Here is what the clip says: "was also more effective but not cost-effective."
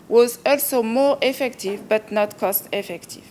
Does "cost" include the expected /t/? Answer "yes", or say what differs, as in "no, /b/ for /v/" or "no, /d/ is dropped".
yes